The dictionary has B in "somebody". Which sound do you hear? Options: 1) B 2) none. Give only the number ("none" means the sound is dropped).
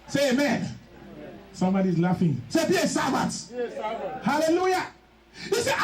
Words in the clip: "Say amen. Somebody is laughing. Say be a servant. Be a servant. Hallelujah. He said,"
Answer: 1